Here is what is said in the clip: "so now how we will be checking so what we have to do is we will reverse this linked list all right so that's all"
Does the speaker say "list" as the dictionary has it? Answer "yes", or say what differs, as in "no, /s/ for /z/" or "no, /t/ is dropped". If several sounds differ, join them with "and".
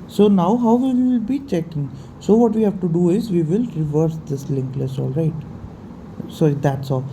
no, /t/ is dropped